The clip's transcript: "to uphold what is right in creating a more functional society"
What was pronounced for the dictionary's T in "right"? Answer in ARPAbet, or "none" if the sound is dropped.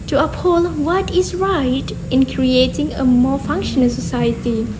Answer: T